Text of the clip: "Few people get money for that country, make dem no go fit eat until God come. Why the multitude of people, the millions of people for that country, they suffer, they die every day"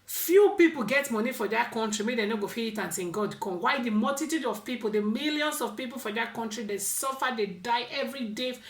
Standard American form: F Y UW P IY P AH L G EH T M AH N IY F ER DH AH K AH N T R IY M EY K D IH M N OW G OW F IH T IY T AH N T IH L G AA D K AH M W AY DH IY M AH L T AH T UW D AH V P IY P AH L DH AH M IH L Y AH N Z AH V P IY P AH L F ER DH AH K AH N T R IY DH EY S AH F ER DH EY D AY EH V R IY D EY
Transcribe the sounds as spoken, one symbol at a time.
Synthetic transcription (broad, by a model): F Y UW P IY P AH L G EH T M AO N IY F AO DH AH K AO N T R IY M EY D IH N OW G OW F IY IY T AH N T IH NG G AA D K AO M W AY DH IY M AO L T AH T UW D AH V P IY P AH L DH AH M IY L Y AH N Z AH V P IY P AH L F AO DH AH K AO N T R IY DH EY S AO F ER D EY D AY EH V R IY D EY